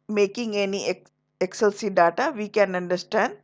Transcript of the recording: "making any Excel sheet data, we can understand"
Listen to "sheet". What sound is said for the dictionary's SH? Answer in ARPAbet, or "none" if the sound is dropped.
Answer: S